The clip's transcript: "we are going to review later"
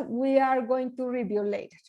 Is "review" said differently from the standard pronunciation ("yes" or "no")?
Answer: yes